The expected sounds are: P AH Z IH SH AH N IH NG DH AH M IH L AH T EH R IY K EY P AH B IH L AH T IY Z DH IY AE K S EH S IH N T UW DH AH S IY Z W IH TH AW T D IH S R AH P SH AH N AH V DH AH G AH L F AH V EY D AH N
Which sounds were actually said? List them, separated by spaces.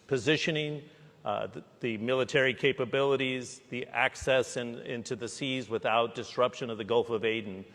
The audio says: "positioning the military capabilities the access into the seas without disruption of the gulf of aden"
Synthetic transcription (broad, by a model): P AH Z IH SH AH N IH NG DH AH M IH L AH T EH R IY K EY P AH B IH L AH T IY Z DH IY AE K S EH S IH N T UW DH AH S IY Z W IH TH AW T D IH S R AH P SH AH N AH V DH AH G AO L F AH V EY D N